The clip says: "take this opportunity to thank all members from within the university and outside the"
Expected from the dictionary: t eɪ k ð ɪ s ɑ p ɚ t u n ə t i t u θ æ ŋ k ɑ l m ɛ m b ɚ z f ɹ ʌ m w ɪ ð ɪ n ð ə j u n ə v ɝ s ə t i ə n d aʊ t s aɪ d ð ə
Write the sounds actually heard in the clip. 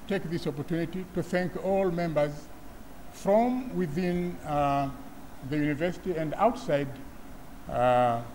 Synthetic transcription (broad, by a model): t eɪ k ð ɪ s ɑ p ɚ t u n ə t i t u θ æ ŋ k ɑ l m ɛ m b ɚ z f ɹ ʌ m w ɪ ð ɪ n ð ə j u n ə v ɝ s ə t i ə n d aʊ t s aɪ d